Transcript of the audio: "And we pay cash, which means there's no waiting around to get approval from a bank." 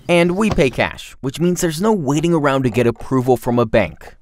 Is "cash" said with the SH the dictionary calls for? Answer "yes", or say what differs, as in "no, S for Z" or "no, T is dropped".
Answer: yes